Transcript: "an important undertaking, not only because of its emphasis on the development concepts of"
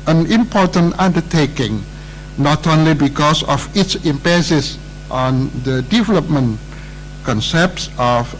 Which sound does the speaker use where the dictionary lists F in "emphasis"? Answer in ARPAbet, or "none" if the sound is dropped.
P